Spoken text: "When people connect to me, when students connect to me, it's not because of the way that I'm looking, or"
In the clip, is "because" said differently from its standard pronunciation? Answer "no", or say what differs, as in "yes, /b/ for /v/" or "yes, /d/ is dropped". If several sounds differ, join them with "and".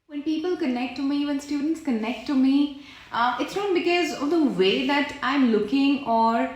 no